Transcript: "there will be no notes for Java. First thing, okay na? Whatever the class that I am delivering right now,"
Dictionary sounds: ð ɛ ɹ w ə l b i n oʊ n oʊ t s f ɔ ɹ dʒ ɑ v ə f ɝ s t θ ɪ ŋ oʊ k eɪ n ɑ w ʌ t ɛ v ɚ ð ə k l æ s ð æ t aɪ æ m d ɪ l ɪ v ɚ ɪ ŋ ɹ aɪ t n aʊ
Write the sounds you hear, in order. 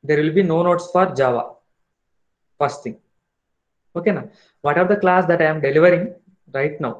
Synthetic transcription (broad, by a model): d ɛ ɹ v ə l b i n oʊ n oʊ t s f ɔ ɹ dʒ ɑ v ə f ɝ s t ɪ ŋ oʊ k eɪ n ɑ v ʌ t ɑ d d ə k l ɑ s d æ t aɪ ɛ m d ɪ l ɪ v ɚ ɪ ŋ ɹ aɪ t n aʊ